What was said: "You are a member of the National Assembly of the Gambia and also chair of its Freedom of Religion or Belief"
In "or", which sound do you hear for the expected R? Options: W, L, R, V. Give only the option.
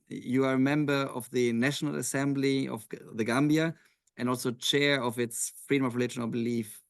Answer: L